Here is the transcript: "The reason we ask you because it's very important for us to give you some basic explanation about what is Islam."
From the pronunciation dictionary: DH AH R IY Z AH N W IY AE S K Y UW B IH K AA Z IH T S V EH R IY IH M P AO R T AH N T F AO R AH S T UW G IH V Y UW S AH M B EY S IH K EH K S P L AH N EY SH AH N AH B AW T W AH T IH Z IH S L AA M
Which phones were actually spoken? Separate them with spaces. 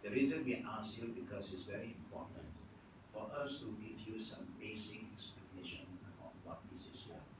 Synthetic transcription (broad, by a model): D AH R IY Z AH N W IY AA S Y UW B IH K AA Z IH T S V EH R IY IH M P AO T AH N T F AO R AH S T UW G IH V Y UW S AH M B EY S IH K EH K S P AH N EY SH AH N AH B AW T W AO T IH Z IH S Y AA